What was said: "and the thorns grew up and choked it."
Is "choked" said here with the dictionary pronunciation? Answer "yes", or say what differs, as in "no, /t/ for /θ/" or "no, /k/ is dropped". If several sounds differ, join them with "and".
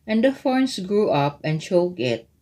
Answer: no, /t/ is dropped